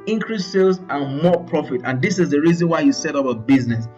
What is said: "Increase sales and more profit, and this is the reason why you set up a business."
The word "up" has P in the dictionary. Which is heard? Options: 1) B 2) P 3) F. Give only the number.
1